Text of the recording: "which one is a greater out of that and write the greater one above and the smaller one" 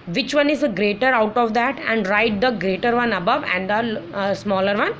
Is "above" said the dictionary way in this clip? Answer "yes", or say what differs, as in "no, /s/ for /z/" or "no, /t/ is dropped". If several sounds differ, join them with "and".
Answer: yes